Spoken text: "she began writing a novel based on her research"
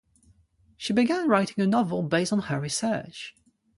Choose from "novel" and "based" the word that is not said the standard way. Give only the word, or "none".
none